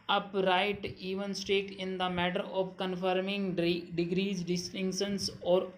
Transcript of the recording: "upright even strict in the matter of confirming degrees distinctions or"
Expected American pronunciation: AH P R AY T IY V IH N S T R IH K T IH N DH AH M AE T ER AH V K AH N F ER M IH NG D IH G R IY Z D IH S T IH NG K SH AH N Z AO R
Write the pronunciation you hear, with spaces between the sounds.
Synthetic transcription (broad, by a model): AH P R AY T IY V IH N S T EH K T IH N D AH M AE T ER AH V K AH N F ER M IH NG D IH G R IY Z D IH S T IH NG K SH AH N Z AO R